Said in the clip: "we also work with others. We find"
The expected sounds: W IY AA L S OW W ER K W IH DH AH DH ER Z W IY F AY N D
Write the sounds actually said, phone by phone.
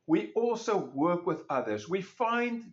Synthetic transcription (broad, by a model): W IY AA L S OW W ER K W IH DH AH DH ER Z W IY F AY N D